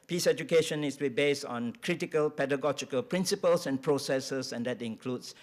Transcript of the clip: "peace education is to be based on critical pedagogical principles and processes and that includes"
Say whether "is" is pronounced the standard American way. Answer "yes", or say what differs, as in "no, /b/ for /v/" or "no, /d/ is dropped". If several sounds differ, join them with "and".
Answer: no, /s/ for /z/